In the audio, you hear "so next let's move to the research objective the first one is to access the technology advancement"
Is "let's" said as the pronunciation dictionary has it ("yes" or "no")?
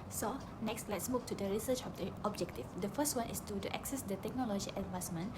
yes